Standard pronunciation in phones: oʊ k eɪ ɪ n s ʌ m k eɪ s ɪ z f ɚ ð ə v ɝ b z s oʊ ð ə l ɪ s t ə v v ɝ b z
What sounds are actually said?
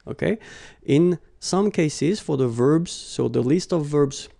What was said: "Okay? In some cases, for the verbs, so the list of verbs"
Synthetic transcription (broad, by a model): oʊ k eɪ ɪ n s ʌ m k eɪ s ɪ z f ɚ ð ə v ɝ b z s oʊ ð ə l ɪ s t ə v v ɝ b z